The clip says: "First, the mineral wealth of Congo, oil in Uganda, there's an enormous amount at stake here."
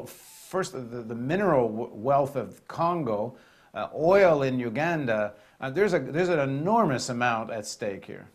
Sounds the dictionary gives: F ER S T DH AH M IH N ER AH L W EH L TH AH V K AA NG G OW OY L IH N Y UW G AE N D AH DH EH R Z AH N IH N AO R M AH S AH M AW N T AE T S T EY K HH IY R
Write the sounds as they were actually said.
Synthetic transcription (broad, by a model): F ER S T DH AH M IH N ER L W EH L TH AH V K AA NG G OW OY L IH N Y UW G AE N D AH DH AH R Z AH N IH N AO R M AH S AH M AW N T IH T S T EY K HH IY R